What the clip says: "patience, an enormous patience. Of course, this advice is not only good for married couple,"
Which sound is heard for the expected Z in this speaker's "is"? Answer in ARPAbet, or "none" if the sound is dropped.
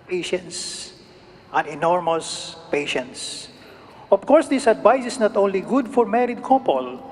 S